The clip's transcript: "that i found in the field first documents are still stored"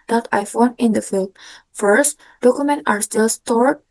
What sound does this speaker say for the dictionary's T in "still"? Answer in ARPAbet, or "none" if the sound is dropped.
T